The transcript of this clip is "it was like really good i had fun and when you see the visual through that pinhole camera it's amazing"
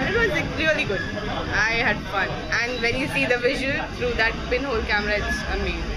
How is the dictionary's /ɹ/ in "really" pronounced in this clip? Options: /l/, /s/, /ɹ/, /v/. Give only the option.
/l/